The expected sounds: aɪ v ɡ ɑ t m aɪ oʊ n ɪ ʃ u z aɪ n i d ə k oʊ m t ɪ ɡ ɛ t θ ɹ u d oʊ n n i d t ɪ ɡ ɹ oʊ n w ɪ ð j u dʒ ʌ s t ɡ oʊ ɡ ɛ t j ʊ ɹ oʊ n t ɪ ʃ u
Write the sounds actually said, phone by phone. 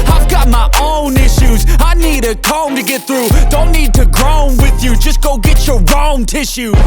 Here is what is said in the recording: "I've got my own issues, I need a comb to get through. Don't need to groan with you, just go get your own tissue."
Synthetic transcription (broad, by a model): aɪ v ɡ ɑ t m aɪ oʊ n ɪ ʃ u z aɪ n i d ə k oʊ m t ɪ ɡ ɛ t θ ɹ u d oʊ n n i d t ɪ ɡ ɹ oʊ n w ɪ ð j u dʒ ʌ s ɡ oʊ ɡ ɛ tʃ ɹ ɹ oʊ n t ɪ ʃ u